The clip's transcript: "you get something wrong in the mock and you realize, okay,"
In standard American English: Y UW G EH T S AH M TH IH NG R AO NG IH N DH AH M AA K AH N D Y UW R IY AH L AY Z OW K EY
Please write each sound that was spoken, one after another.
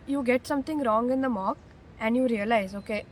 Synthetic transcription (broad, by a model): Y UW G EH T S AH M T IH NG R AO NG IH N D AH M AA K AH N D Y UW R IY AH L AY Z OW K EY